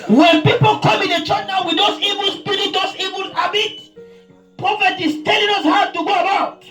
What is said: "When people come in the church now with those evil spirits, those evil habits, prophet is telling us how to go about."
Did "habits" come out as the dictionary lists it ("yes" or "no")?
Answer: no